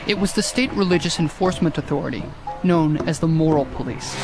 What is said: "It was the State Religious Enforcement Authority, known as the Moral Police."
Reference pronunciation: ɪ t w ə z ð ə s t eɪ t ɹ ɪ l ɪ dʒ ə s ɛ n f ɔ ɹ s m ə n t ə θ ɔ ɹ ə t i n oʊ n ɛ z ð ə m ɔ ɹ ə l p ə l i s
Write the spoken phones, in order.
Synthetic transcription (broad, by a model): ɪ t w ə z ð ə s t eɪ t ɹ ɪ l ɪ dʒ ə s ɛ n f ɔ ɹ s m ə n t ə θ ɔ ɹ ə t i n oʊ n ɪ z ð ə m ɔ ɹ l p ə l i s